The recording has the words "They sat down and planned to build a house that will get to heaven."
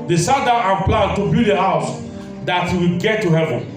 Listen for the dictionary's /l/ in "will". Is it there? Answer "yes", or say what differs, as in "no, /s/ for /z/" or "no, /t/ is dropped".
no, /w/ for /l/